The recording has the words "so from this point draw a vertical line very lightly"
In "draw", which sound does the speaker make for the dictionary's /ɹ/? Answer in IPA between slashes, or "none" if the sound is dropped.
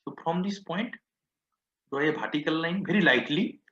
none